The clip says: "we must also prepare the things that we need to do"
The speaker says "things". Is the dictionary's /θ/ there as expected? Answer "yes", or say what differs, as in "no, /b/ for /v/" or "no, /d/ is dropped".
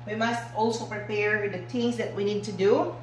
no, /t/ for /θ/